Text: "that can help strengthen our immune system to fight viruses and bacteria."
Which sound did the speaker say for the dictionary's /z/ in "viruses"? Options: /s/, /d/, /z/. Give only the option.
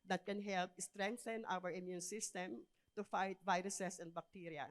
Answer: /s/